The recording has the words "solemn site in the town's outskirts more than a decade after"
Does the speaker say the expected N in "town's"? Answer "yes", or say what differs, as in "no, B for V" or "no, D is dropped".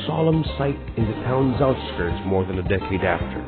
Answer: yes